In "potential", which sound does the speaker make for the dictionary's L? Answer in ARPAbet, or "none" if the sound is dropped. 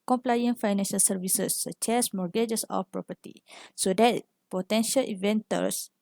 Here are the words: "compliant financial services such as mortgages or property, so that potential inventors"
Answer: L